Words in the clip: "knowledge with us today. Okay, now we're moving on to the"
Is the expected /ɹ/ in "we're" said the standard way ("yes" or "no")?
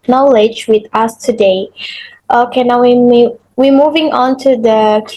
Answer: no